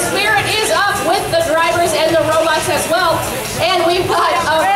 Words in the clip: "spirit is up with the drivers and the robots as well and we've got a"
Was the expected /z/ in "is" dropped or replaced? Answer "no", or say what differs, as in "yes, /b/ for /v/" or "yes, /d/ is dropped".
no